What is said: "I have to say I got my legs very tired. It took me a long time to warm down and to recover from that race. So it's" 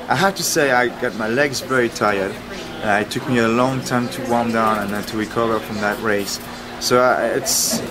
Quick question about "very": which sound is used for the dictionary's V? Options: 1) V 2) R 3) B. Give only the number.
3